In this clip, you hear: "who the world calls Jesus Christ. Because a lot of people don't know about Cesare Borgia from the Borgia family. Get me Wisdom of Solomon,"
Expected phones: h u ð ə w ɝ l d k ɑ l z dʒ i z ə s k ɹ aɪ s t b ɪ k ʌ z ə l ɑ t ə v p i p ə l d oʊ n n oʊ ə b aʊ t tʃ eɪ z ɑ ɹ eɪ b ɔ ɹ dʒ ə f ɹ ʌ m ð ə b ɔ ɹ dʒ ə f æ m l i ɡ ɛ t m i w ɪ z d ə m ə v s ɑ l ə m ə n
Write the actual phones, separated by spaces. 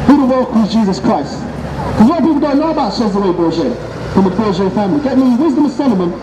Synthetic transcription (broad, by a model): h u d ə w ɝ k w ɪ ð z dʒ i z ə s k ɹ aɪ s t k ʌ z ə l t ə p i p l d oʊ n n oʊ ə b aʊ t ʃ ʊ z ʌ w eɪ b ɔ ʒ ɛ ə f ɹ ʌ m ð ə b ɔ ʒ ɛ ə f æ m l i ɡ ɛ t m i w ɪ z d ə m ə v s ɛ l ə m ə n